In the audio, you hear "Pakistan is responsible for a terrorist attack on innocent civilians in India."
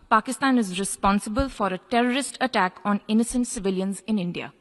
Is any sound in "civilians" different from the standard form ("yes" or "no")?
no